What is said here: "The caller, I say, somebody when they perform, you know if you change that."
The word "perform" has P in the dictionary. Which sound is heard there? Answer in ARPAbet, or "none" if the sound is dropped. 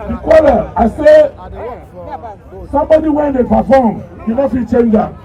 F